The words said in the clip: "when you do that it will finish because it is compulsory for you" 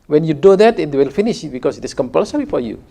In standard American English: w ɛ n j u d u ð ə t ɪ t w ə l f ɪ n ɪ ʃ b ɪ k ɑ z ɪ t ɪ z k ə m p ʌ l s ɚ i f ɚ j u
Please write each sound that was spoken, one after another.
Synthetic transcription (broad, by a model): w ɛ n j u d u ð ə t ɪ t w ə l f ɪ n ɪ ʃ b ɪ k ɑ s ɪ t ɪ s k ə m p ʌ l s ɚ i f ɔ j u